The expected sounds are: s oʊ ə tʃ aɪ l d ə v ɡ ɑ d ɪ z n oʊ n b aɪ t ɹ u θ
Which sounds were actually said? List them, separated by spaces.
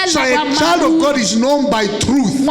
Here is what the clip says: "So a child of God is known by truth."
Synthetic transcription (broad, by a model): s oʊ ə tʃ aɪ l d ə v ɡ ɑ d ɪ z n oʊ n b aɪ t ɹ u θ